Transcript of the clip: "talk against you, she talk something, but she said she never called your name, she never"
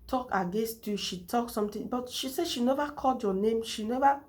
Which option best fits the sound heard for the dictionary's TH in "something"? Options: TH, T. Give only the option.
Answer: T